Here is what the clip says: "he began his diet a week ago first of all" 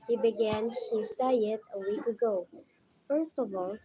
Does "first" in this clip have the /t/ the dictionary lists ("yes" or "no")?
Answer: yes